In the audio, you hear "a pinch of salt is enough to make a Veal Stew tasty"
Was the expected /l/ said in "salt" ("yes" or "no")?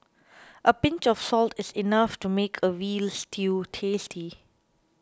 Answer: yes